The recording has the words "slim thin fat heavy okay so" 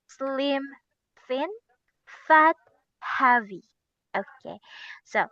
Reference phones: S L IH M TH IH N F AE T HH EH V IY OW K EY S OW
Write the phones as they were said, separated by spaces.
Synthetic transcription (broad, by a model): S L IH M F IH N F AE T HH EH V IY OW K EY S OW